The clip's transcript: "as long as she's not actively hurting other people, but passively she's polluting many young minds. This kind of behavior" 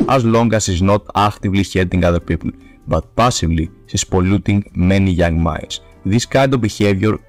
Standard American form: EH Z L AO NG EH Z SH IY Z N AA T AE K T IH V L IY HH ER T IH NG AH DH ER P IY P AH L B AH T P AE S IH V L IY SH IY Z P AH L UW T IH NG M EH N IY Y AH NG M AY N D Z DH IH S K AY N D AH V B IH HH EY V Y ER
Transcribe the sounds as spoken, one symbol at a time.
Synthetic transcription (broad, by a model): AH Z L AO NG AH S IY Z N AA T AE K T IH V L IY HH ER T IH NG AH DH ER P IY P AH L B AH T P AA S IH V L IY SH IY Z P AH L UW T IH NG M EH N IY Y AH NG M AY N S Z DH IH S K AY N D AH V B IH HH EY V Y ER